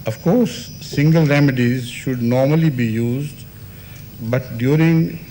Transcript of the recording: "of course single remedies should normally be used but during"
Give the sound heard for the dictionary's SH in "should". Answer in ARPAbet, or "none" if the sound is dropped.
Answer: SH